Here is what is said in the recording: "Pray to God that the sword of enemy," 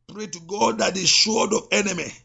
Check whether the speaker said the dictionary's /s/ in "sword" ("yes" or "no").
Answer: no